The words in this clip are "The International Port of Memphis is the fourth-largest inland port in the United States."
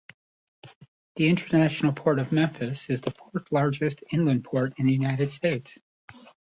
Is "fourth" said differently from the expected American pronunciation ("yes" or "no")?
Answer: no